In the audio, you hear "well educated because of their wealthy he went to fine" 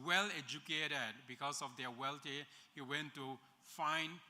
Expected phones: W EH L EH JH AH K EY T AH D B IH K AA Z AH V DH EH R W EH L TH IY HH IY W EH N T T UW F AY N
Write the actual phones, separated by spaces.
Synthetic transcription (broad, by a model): W EH L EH JH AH K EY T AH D B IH K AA S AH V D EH W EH L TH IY HH IY W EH N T T UW F AY N